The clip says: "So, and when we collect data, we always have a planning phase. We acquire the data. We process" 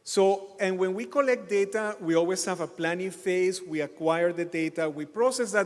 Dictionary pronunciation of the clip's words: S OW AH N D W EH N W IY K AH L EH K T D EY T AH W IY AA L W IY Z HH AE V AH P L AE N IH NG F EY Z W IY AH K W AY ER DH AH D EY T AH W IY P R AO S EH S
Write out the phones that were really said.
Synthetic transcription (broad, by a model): S OW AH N W EH N W IY K AH L EH K T D EY T AH W IY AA L W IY S HH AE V AH P L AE N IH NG F EY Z W IY AH K W AY ER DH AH D EY T AH W IY P R AO S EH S